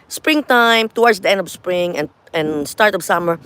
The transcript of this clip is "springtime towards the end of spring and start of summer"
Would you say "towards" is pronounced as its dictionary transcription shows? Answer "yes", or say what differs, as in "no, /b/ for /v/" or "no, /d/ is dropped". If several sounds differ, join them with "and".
no, /w/ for /ɹ/